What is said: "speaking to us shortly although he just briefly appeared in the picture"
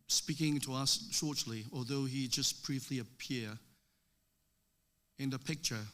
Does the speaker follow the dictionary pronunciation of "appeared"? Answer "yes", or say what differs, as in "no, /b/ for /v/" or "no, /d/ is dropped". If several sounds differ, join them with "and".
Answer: no, /d/ is dropped